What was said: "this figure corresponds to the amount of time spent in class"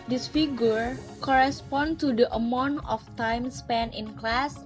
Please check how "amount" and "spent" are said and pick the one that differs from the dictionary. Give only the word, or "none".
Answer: spent